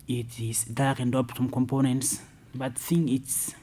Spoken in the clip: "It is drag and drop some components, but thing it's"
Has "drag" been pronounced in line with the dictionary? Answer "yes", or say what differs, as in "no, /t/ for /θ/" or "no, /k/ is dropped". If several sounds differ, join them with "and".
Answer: no, /ɹ/ is dropped